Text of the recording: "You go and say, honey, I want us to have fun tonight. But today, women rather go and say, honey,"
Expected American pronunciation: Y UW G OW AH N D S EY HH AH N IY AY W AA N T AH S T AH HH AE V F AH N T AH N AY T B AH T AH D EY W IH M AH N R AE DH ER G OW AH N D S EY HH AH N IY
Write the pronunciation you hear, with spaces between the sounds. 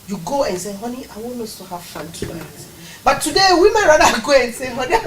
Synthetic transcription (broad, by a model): Y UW G OW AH N S EY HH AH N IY AY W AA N AO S T AH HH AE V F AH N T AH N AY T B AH T AH D EY W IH M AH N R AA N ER G OW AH N S EY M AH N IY